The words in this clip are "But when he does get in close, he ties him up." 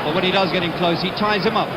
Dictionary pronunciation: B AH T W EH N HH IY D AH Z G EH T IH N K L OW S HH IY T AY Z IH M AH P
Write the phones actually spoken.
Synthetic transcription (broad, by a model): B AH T W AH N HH IY D AH Z G EH T IH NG K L OW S HH IY T AY Z IH M AH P